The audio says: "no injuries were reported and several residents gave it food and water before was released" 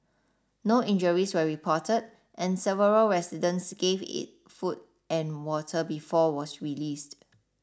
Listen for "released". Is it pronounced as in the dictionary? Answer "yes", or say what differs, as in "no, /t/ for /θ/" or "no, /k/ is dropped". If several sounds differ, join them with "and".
yes